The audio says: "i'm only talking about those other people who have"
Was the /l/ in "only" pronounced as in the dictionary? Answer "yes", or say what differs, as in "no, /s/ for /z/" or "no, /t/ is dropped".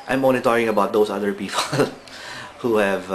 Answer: no, /l/ is dropped